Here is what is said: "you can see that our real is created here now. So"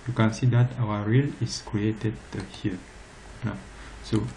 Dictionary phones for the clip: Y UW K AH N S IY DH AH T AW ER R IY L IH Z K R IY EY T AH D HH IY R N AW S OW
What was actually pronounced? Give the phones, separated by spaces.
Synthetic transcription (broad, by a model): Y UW K AH N S IY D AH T AW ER R IY L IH S K R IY EY T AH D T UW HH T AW S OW